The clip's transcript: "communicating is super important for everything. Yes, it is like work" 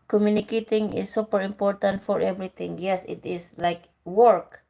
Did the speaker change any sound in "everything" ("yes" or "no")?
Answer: yes